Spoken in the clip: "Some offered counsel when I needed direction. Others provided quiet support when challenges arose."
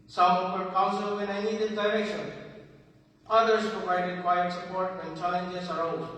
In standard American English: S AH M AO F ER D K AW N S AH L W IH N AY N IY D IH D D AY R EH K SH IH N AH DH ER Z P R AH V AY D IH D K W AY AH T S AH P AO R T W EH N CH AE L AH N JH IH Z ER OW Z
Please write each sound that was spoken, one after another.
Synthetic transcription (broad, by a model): S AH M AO P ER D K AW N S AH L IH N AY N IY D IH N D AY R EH SH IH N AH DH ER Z P R AH V AY D IH D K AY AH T S AH P AO R T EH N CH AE L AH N JH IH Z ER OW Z